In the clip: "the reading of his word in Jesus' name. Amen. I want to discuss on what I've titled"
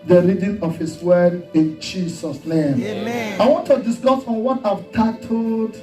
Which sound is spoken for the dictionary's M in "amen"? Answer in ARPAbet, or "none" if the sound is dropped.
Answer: none